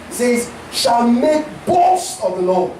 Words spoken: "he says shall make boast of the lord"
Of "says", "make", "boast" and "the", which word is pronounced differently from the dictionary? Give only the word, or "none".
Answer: boast